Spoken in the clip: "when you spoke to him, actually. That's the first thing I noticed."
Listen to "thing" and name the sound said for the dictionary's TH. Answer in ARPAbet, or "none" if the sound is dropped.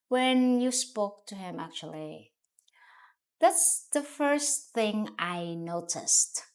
TH